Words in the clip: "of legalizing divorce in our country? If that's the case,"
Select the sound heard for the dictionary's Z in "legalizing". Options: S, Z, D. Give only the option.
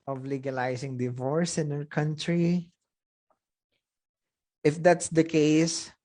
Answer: S